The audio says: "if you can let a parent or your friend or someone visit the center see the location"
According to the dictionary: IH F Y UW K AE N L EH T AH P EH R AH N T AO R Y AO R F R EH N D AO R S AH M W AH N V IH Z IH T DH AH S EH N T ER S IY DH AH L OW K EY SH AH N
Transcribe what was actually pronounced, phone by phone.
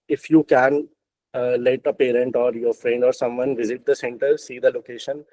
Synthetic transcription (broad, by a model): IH F Y UW K AE N L EH T AH P EH R AH N T AO R Y AO R F R EH N D AO R S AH M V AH N V IH Z IH T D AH S EH N T ER S IY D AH L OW K EY SH AH N